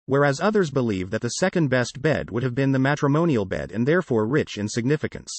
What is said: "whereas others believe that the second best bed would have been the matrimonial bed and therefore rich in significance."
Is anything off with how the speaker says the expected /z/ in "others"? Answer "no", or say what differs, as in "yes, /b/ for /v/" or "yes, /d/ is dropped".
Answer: no